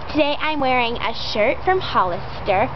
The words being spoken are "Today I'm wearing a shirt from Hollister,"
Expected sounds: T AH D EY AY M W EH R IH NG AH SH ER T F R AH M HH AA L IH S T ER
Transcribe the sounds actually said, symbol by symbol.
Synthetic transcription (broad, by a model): T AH D EY AY M W EH R IH NG AH SH ER T F R AH M HH AA L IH S T ER